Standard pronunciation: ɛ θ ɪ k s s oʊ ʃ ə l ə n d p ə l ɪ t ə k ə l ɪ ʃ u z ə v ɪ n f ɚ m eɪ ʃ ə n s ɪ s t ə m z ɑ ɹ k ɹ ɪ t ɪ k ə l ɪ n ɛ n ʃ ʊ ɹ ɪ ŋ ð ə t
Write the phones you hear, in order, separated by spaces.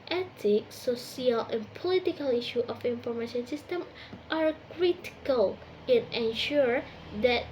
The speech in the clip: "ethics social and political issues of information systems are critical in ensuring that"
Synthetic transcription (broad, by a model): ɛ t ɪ k s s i ə l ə n p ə l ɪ t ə k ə l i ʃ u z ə f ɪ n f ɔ m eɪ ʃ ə n s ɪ s t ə m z ɑ ɹ k ɹ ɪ t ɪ k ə l ɪ n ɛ n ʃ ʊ ɹ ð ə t